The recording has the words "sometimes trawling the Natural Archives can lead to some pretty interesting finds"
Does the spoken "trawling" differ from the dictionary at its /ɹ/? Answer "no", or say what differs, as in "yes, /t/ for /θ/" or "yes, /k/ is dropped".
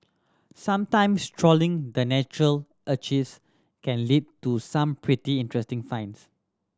no